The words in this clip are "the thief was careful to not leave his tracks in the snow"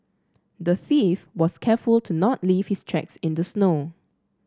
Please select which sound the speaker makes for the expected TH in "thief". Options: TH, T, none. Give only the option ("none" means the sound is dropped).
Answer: TH